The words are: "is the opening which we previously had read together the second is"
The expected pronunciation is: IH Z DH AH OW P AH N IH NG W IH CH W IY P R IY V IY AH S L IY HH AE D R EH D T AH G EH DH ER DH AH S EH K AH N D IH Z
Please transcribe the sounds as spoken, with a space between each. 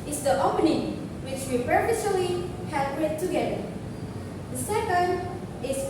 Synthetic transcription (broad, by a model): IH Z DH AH OW P AH N IH NG W IH CH W IY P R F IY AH L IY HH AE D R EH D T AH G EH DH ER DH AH S EH K AH N D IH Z